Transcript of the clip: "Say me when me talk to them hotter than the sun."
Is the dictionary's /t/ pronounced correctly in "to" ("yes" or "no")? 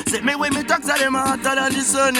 no